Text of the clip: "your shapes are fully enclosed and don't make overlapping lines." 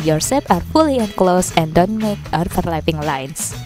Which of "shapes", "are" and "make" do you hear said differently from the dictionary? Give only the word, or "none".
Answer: shapes